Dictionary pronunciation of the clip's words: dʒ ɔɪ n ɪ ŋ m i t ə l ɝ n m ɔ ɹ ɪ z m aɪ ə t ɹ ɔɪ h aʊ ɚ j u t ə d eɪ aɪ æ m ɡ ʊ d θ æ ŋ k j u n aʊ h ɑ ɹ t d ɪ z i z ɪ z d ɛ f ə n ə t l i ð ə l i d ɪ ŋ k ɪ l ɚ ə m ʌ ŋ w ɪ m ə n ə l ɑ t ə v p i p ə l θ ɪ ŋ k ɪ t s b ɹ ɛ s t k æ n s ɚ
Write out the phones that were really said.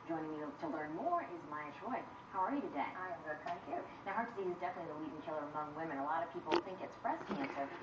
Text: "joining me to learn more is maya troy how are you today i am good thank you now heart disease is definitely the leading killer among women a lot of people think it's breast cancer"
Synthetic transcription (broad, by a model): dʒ ɔɪ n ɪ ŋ m i t ə l ɝ n m ɔ ɹ ɪ z m aɪ ə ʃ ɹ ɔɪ h aʊ ɚ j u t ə d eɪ aɪ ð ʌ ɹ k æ k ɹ n aʊ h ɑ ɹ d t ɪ s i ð ɪ z d ɛ f ə n ə t l i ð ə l i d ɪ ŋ k ɪ l ɚ ə m ʌ ŋ w ɪ m ə n ə l ɑ t ə v p i p l θ ɪ ŋ k ɪ t s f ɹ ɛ s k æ n s ɚ